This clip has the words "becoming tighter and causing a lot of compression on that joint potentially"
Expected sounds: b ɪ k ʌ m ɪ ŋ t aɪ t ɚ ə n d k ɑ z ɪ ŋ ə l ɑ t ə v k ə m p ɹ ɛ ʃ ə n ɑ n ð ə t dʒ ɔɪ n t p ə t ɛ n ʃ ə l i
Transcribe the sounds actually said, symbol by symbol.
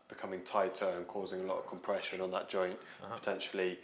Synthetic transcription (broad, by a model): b ɪ k ʌ m ɪ ŋ t aɪ t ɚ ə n k ɑ z ɪ ŋ ə l ɑ t ə v k ə m p ɹ ɛ ʃ ə n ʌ n ð ə t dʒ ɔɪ n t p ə t ɛ n ʃ ə l i